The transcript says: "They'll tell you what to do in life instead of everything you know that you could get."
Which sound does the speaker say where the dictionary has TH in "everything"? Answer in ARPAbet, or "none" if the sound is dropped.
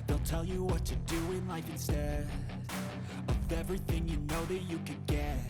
TH